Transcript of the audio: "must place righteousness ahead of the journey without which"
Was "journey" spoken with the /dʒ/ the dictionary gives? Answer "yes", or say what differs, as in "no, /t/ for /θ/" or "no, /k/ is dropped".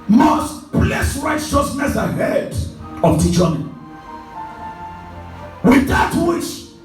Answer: no, /tʃ/ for /dʒ/